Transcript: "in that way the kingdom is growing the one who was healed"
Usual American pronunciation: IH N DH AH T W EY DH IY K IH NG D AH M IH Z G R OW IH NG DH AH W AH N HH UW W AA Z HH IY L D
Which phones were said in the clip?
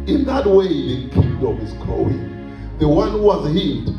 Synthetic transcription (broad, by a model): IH N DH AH T W EY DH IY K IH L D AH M IH Z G OW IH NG DH AH W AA N HH UW W AA Z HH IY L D